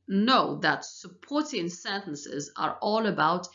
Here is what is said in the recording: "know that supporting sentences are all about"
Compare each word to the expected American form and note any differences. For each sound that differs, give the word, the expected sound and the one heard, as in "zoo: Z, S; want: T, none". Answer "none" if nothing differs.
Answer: none